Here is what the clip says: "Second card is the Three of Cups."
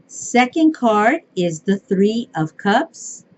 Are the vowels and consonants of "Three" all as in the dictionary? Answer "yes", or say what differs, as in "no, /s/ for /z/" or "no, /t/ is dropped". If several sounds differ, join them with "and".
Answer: yes